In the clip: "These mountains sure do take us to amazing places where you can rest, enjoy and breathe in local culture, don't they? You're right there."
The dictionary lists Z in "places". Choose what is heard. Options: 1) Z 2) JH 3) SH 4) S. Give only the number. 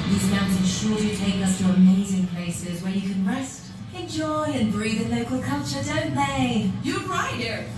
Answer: 1